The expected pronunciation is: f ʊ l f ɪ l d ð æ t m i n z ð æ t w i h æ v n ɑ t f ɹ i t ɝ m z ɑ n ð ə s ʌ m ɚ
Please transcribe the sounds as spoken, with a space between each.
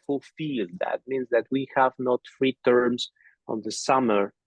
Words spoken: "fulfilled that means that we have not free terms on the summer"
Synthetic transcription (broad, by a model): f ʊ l f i l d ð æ t m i n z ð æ t w i h æ v n ɑ t f ɹ i t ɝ m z ɑ n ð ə s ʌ m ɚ